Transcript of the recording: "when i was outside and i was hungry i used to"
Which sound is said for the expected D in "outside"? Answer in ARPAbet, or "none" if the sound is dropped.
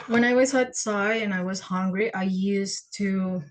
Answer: none